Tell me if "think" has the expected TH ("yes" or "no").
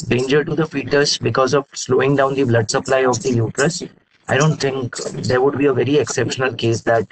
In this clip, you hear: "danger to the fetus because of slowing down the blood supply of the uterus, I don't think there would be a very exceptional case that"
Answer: no